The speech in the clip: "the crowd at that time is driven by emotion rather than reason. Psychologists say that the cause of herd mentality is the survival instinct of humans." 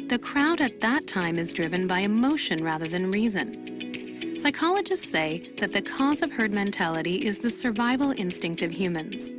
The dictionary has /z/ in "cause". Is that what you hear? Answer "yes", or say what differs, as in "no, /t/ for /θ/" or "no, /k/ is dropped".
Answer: yes